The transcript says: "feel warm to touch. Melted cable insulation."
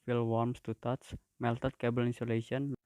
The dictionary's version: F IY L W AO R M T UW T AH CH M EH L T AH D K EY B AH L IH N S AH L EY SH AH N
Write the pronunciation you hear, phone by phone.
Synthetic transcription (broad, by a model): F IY L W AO R M T UW T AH S M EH L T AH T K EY B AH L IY N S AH L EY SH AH N